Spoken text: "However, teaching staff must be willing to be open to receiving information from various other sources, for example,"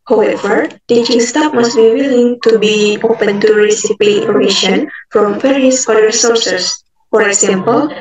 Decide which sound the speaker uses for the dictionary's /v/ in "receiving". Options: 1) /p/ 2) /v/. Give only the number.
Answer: 1